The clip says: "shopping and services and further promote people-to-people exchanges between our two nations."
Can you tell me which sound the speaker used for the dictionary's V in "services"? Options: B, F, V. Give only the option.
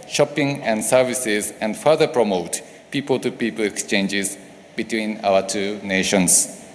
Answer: V